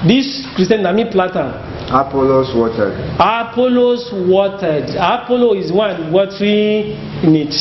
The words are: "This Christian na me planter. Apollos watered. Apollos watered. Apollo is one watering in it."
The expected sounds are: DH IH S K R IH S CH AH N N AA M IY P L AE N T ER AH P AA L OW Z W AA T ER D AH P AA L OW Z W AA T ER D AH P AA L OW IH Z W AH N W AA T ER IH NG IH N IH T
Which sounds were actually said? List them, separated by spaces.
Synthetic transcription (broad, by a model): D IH S K R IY S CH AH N N AA M IY P L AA T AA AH P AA L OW S W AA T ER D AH P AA L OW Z W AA T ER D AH P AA L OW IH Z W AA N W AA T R IH N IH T